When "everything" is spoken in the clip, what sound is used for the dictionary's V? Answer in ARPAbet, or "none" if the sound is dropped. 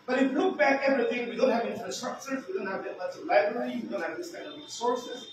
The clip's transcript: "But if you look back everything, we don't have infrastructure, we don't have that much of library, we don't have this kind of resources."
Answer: V